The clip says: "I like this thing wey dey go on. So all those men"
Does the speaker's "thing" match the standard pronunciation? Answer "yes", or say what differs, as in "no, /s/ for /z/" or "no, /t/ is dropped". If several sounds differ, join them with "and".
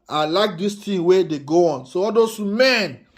no, /t/ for /θ/